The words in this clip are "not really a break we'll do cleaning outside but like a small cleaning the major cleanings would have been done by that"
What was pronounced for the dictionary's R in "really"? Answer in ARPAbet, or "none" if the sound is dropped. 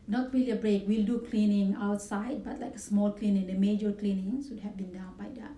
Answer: W